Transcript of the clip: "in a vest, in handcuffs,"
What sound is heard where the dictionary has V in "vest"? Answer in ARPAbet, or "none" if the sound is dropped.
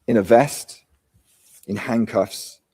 V